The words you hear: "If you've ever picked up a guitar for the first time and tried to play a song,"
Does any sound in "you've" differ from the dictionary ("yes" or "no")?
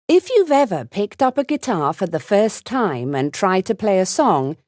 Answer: no